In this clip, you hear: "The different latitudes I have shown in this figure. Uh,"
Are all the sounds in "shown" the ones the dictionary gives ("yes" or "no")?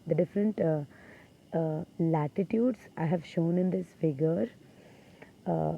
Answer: yes